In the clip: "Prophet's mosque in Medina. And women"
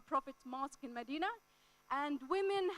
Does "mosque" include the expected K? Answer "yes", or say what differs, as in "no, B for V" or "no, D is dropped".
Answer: yes